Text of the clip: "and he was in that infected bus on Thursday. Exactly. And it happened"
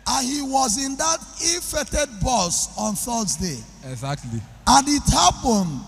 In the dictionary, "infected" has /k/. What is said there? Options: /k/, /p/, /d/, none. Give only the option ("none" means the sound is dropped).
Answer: none